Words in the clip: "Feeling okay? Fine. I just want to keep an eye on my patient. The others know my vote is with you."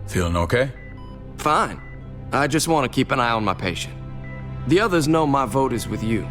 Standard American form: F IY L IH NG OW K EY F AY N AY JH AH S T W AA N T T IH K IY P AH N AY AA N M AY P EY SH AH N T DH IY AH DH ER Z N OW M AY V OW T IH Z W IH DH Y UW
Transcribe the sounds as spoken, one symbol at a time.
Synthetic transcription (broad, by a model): F IY L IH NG OW K EY F AY N AY JH AH S T W AA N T T IH K IY P AH N AY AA N M AY P EY SH AH N T DH IY AH DH ER Z N OW M AY V OW T IH Z W IH DH Y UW